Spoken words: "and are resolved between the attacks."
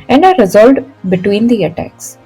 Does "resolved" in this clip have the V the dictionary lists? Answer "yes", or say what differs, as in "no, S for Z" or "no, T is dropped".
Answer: no, V is dropped